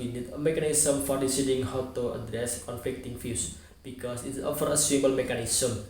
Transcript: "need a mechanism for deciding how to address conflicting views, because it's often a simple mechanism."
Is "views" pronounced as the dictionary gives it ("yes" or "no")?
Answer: no